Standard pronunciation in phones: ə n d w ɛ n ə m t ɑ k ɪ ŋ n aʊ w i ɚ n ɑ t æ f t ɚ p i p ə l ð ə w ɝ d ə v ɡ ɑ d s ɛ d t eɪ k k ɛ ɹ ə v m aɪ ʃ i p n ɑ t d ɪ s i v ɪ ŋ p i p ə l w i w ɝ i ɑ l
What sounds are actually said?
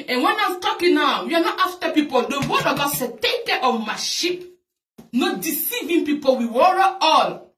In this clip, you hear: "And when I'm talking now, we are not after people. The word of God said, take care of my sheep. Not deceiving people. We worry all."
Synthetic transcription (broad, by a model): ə n w ɛ n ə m t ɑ k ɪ n aʊ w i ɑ n ɑ t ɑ f t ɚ p i p ə l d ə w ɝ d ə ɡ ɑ s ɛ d t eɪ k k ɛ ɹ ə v m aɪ ʃ i p n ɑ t d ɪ s i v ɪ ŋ p i p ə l w i w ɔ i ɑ l